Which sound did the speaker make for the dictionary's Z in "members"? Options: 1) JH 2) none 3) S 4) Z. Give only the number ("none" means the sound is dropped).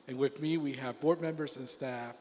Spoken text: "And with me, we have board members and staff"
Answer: 4